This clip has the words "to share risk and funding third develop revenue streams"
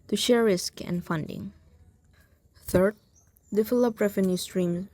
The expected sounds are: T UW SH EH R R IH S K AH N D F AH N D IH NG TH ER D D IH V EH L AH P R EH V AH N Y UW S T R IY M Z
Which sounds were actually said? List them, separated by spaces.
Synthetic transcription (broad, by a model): T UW SH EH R R IH S K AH N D F AH N D IH NG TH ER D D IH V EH L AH P R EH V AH N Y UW S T R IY M